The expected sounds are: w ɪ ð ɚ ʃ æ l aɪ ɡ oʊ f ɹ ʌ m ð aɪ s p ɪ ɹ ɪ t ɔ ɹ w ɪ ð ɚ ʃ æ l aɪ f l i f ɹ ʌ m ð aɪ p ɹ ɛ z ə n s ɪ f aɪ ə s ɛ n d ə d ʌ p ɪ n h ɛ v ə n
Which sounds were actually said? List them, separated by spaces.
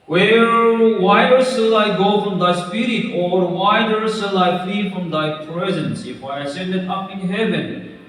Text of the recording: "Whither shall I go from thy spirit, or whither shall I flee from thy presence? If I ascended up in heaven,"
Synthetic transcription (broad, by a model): w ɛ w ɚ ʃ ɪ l aɪ ɡ oʊ f ɹ ʌ m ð aɪ s p ɪ ɹ ɪ t ɔ ɹ w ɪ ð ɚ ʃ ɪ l aɪ f l i f ɹ ʌ m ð aɪ p ɹ ɛ z ə n s ɪ f aɪ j s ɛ n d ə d ʌ p ɪ n h ɛ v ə n